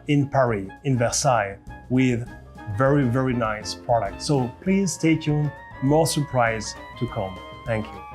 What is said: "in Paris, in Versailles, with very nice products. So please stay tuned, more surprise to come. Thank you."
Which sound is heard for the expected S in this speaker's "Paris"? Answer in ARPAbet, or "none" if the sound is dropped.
none